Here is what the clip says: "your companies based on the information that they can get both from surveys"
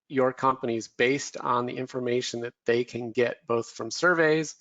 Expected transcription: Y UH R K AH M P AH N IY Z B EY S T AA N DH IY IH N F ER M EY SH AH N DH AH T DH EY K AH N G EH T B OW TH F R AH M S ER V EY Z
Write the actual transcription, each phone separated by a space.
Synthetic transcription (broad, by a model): Y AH R K AH M P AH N IY Z B EY S T N DH IY IH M F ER M EY SH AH N DH AH T DH EY K AH N G EH T B OW TH F R AH M S ER V EY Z